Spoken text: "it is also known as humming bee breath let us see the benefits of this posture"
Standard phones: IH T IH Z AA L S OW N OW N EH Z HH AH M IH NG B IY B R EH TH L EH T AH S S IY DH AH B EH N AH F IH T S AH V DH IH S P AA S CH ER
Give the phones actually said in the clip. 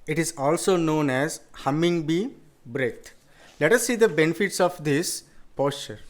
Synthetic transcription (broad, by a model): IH T IH Z AA L S OW N OW N EH Z HH AH M IH NG B IY B R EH T L EH T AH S S IY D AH B EH N AH F IH T S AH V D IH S P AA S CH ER